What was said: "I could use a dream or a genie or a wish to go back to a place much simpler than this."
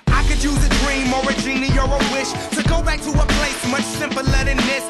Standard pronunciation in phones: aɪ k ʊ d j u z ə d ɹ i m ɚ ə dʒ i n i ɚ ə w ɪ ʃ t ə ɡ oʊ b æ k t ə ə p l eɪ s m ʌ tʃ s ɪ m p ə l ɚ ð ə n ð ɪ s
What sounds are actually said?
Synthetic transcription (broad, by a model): aɪ k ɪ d j u z ə d ɹ i m ɚ ə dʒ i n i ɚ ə w ɪ ʃ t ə ɡ oʊ b æ k t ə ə p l eɪ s m ʌ tʃ s ɪ m p ə l ɚ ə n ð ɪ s